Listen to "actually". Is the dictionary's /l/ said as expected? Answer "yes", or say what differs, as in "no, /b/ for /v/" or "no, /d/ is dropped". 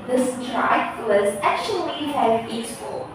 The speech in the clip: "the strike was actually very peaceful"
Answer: no, /l/ is dropped